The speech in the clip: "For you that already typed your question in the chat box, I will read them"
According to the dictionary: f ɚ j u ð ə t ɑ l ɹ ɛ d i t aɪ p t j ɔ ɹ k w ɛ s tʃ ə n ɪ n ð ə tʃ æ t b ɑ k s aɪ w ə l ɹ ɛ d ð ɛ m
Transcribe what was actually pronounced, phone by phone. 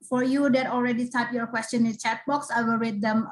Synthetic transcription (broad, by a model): f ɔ j u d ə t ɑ l ɹ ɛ d i t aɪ t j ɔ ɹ k w ɛ s tʃ ə n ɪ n tʃ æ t b ɑ k s aɪ w ə l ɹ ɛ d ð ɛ m